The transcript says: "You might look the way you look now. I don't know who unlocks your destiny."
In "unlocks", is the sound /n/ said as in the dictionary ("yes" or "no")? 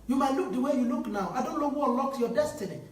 no